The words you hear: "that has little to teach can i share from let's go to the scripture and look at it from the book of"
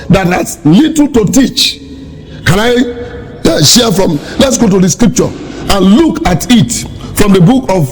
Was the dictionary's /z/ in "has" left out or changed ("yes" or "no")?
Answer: yes